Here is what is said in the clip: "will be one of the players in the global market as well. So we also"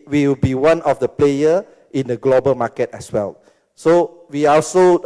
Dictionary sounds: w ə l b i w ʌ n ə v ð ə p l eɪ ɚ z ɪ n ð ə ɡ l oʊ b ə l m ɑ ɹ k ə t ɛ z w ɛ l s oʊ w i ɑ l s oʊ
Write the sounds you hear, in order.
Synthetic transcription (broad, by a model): w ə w b i w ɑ n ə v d ə p l eɪ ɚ ɪ n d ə ɡ l oʊ b ə l m ɑ k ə t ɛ s w ɛ l s oʊ w i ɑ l s oʊ